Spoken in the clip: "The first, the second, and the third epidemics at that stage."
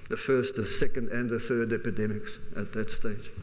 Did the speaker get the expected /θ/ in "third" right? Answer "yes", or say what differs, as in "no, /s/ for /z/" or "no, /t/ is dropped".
yes